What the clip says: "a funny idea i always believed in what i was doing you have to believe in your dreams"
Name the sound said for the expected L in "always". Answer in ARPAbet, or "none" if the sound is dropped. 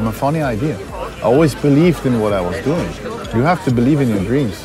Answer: L